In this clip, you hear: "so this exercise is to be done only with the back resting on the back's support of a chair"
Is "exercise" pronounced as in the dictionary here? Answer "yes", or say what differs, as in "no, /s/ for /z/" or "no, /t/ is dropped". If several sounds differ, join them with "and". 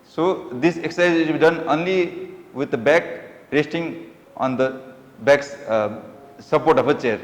no, /z/ is dropped